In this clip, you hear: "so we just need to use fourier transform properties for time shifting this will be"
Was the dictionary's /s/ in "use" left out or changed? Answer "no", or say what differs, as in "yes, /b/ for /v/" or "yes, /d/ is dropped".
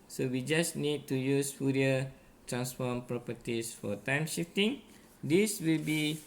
no